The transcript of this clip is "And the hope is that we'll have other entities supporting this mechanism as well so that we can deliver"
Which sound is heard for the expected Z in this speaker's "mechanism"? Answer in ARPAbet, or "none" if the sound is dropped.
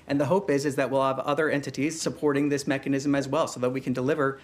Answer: Z